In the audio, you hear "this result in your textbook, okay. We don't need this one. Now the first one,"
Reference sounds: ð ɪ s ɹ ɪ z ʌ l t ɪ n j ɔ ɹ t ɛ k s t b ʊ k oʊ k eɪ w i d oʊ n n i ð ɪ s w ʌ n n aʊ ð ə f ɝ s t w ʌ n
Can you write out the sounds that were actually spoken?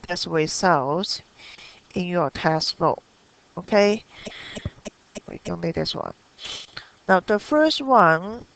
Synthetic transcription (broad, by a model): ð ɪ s w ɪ s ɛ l t ɪ n j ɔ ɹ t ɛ s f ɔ oʊ k eɪ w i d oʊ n n i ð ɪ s w ʌ n n aʊ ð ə f ɝ s t w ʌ n